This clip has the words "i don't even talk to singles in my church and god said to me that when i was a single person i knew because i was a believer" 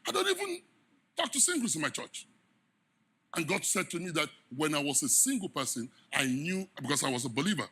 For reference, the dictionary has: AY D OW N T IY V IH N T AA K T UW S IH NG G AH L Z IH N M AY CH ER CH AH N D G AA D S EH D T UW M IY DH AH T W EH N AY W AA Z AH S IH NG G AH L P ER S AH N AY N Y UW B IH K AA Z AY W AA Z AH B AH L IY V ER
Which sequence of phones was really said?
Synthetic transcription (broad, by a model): AY D OW N T IY V IH N T AA K T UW S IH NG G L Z IH N M AY CH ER CH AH N G AA D S EH D T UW M IY DH AH T W EH N AY W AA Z AH S IH NG G AH L P ER S AH N AY N Y UW B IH K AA S AY W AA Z AH B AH L IY V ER